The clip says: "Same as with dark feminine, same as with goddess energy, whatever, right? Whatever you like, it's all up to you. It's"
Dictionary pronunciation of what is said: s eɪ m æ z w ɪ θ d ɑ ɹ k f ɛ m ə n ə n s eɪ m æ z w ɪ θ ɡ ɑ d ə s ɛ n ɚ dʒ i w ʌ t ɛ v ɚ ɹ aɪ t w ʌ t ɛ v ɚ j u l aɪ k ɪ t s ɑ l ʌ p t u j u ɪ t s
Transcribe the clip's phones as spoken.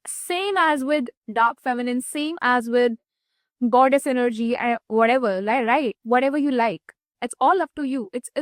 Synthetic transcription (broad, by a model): s eɪ m æ z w ɪ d d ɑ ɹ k f ɛ m ə n ə n s eɪ m æ z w ɪ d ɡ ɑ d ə s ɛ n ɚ dʒ i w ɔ t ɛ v ɚ ɹ aɪ t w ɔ t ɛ v ɚ j u l aɪ k ɪ t s ɑ l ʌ f t u j u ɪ t s